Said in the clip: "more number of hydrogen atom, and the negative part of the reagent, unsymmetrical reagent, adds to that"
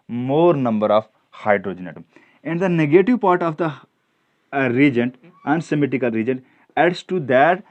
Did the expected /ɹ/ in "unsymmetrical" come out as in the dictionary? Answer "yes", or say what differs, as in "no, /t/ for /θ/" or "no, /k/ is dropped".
no, /ɹ/ is dropped